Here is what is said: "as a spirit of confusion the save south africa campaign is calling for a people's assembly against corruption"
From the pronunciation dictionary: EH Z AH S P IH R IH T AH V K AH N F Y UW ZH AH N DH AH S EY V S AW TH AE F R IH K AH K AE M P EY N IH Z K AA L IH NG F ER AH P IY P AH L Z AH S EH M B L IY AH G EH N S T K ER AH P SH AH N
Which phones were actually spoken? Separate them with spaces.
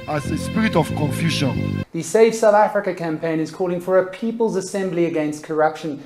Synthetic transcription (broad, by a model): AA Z AH S P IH R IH T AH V K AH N F Y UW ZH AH N DH AH S EY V S AW TH AE F R IH K AH K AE M P EY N IH Z K AA L IH NG F ER AH P IY P AH L Z AH S EH M B L IY AH G EH N S T K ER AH P SH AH N